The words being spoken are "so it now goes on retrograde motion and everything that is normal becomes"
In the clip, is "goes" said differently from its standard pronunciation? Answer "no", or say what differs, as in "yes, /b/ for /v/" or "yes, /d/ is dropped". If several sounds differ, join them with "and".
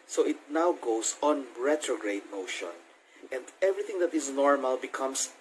yes, /s/ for /z/